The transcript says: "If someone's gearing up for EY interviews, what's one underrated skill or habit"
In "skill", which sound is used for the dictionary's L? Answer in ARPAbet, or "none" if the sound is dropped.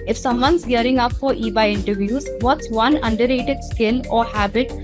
N